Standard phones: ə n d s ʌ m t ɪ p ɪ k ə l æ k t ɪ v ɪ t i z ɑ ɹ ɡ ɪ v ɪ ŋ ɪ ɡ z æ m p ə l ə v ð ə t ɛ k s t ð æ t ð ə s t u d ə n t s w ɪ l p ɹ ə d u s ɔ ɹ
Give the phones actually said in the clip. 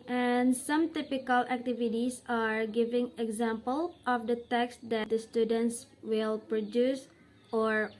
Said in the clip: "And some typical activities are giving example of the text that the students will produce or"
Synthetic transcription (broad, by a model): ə n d s ʌ m t ɪ p ɪ k ə l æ k t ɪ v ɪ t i s ɑ ɹ ɡ ɪ v ɪ ŋ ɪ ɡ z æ m p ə l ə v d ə t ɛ k s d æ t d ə s t u d ə n t s w ɪ l p ɹ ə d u s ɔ ɹ